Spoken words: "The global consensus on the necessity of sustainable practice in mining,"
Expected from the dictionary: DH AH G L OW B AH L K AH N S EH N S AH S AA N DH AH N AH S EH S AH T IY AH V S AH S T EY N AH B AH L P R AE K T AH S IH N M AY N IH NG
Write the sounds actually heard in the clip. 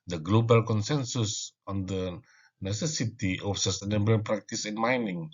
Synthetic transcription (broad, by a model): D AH G L OW B AH L K AH N S EH N S AH S AA N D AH N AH S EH S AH T IY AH F S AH S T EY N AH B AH N P R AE K T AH S IH N M AY N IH NG